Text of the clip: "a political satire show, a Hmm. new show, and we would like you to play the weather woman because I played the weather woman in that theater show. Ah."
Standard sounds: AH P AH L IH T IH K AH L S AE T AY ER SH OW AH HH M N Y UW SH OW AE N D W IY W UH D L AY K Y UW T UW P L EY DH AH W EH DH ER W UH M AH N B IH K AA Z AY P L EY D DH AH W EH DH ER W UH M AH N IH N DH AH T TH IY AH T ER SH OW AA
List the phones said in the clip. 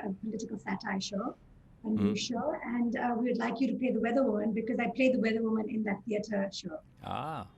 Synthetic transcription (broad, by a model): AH P AH L IH T IH K AH L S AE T AY SH OW AH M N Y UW SH OW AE N D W IY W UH D L AY K Y UW T UW P L EY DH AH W EH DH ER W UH M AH N B IH K AA Z AY P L EY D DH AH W EH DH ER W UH M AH N IH N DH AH T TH IY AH T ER SH OW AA